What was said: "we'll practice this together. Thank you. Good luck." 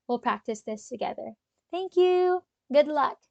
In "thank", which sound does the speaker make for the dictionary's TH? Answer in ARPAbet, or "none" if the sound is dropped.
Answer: TH